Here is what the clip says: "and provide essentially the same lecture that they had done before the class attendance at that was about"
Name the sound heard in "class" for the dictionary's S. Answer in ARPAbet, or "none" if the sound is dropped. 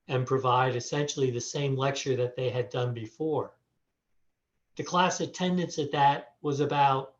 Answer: S